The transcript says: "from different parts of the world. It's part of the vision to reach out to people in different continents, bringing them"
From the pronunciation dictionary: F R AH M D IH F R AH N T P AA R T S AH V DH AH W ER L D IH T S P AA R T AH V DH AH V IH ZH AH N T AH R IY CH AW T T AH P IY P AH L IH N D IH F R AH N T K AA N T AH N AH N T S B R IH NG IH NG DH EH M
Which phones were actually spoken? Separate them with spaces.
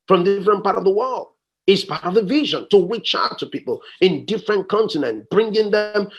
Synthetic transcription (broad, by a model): F R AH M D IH F R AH N P AA R T AH V DH AH W ER L D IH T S P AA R T AH V DH AH V IH ZH AH N T AH W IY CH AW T T AH P IY P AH L IH N D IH F R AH N K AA N T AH N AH N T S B R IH NG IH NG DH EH M